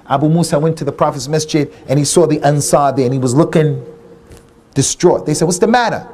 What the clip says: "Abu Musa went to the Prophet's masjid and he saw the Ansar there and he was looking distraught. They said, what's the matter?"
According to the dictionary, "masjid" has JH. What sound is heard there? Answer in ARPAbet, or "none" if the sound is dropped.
CH